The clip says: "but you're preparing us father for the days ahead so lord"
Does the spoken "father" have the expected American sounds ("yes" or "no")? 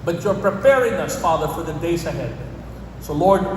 yes